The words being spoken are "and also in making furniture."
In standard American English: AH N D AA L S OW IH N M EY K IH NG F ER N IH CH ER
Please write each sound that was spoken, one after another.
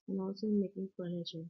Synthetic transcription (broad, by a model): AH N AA S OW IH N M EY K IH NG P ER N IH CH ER